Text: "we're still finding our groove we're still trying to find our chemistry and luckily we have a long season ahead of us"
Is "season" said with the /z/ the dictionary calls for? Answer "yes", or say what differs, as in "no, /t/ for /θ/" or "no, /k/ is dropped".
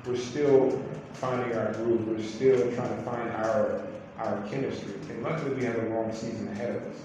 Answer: yes